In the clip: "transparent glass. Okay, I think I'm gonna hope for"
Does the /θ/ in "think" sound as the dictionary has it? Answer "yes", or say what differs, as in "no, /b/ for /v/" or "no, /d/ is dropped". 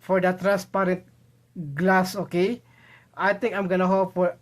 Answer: no, /t/ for /θ/